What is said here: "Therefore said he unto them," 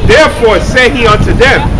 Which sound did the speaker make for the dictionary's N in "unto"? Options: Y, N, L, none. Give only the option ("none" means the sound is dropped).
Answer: N